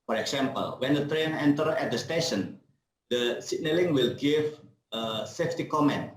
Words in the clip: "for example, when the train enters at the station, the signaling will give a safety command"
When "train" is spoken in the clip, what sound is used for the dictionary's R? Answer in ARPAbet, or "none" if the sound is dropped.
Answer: R